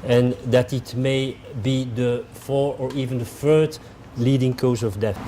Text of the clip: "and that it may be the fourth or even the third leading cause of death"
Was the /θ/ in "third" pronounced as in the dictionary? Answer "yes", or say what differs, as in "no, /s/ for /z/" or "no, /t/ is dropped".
no, /f/ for /θ/